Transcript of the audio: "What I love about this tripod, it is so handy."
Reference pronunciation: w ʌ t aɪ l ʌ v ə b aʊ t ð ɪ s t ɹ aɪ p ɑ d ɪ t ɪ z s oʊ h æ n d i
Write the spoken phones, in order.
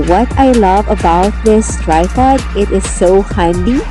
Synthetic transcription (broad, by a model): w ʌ t aɪ l ʌ v ə b aʊ t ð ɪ s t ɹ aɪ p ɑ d ɪ t ɪ z s oʊ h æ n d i